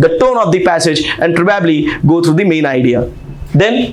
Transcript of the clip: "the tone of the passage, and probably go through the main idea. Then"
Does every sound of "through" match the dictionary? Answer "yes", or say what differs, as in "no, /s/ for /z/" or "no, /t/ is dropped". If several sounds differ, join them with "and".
no, /t/ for /θ/